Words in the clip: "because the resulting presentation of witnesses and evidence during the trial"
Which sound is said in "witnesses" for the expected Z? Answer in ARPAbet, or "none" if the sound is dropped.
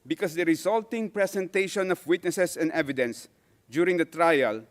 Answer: S